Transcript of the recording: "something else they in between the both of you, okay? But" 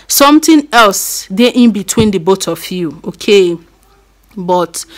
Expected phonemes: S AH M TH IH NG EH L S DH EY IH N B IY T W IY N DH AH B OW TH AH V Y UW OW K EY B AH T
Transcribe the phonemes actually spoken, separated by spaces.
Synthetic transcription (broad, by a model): S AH M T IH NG EH L S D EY IH N B IY T W IY N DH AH B OW T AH F Y UW OW K EY B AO T